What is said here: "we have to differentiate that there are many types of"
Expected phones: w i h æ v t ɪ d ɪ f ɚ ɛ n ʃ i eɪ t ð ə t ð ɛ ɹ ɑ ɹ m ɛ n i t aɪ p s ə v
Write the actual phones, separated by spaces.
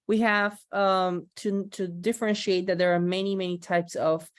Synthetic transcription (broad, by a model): w i h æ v t ɪ d ɪ f ɚ ɛ n ʃ i eɪ t ð ə t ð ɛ ɹ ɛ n m ɛ n i t aɪ p s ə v